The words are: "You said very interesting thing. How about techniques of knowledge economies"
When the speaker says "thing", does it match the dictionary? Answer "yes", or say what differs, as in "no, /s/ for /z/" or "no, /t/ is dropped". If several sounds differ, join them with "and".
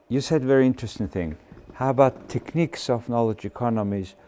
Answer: yes